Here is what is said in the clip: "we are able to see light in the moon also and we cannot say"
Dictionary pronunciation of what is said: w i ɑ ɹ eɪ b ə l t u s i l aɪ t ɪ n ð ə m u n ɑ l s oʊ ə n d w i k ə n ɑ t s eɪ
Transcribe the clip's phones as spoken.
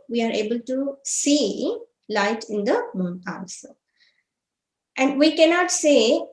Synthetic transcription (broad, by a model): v i ɑ ɹ eɪ b ə l t u s i l aɪ t ɪ n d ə m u n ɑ n s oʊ ə n d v i k ə n ɑ t s eɪ